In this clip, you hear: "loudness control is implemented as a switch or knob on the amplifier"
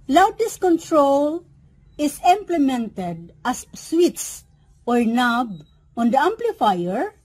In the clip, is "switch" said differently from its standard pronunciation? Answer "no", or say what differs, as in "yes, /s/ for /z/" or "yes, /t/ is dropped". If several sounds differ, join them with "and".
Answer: yes, /s/ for /tʃ/